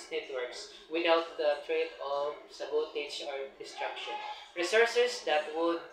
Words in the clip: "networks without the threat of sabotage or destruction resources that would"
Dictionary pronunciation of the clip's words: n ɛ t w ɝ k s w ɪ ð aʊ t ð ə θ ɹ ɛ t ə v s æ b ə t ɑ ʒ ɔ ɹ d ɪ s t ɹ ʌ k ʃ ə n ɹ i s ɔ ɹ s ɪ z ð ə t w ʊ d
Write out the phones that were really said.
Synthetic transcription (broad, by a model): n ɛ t w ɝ k s w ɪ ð aʊ t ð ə t ɹ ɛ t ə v s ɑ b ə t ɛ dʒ ɔ ɹ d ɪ s t ɹ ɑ k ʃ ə n ɹ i s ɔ ɹ s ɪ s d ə t w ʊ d